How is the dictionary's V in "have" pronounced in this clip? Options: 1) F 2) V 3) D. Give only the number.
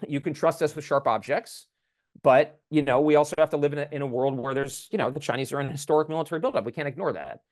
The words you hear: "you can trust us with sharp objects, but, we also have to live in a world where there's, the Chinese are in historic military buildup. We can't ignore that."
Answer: 1